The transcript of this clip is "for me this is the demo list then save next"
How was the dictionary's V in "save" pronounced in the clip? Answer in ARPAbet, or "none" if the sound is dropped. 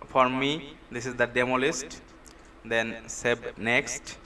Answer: B